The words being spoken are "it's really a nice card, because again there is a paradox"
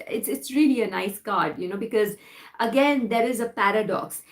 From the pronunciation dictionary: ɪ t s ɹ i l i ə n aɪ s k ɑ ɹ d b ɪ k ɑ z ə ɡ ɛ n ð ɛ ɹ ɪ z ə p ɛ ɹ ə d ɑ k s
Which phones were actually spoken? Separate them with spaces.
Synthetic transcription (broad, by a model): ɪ t s ɹ i l i ə n aɪ s k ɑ ɹ d b ɪ k ɑ z ə ɡ ɛ n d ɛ ɹ ɪ z ə p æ ɹ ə d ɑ k s